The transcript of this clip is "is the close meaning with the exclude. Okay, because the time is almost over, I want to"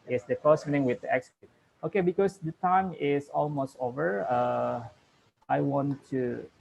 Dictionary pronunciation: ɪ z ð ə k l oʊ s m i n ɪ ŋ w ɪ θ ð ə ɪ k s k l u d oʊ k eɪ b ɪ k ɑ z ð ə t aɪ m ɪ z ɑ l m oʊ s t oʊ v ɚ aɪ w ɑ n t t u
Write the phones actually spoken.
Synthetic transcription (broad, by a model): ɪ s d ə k oʊ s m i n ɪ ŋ w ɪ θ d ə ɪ k s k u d oʊ k eɪ b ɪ k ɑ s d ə t aɪ m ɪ s ɑ l m oʊ s t oʊ v ɚ aɪ w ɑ n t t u